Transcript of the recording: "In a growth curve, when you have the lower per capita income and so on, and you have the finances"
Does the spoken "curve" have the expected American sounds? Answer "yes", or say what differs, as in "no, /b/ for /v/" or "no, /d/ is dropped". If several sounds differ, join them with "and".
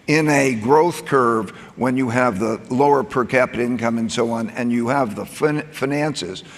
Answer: yes